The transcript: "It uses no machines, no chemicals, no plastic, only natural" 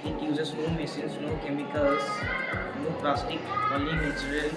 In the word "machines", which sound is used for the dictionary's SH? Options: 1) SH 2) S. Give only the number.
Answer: 2